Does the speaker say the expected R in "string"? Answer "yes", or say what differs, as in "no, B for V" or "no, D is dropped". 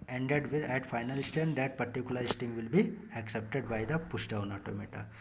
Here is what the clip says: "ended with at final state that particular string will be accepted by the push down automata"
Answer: no, R is dropped